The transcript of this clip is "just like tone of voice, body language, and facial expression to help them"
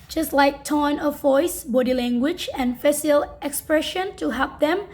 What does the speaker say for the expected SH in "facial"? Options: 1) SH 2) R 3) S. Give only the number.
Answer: 3